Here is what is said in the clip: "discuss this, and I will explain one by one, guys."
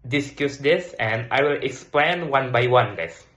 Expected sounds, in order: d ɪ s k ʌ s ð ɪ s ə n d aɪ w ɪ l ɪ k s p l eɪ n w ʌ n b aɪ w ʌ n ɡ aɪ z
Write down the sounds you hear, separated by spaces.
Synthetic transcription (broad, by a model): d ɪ s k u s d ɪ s ə n d aɪ w ɪ l ɪ k s p l eɪ n w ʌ n b aɪ w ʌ n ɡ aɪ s